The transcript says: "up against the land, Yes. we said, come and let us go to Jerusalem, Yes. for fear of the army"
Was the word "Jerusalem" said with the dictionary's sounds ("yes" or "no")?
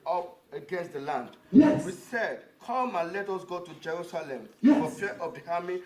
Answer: yes